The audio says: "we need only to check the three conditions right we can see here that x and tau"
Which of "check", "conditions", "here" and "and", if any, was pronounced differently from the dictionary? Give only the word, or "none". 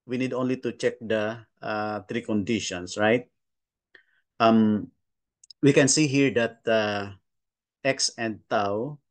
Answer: conditions